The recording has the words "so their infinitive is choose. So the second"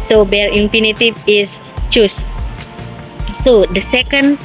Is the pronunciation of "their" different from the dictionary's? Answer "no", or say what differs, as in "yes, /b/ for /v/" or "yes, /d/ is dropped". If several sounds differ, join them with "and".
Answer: yes, /l/ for /ɹ/